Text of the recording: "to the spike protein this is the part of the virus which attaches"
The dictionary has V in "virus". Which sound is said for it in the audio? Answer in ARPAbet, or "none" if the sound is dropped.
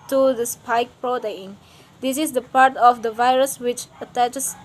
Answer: V